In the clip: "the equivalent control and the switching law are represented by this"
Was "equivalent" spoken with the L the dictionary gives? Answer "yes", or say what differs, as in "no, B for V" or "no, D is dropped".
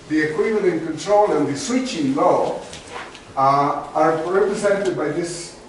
no, N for L